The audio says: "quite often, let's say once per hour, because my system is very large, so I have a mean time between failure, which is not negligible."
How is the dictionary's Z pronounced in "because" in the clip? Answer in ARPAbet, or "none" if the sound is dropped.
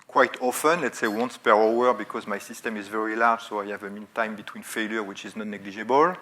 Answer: Z